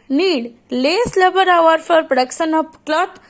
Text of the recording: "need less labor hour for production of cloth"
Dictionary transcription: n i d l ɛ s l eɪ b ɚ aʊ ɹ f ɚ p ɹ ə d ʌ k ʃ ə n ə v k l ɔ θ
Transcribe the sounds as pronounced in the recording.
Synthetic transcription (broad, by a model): n i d l ɛ s l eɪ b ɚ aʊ ɹ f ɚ p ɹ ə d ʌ k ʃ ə n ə p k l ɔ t